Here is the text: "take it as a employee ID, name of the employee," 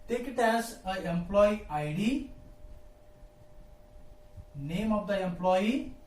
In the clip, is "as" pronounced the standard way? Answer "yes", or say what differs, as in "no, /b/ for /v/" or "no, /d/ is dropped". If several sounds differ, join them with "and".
no, /s/ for /z/